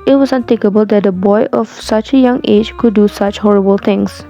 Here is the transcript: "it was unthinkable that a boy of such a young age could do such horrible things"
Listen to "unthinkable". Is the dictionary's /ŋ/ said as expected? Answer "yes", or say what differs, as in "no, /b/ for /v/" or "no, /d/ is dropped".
no, /ŋ/ is dropped